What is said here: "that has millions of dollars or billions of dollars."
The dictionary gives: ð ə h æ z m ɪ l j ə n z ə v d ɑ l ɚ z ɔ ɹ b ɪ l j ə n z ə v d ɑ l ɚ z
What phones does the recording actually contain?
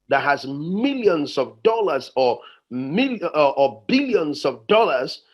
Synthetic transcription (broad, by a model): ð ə h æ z m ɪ l j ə n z ə v d ɑ l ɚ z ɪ l b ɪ l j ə n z ə v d ɑ l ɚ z